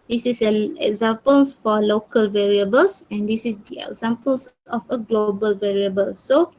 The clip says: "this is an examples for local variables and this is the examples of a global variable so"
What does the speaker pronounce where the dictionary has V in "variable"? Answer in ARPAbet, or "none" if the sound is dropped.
V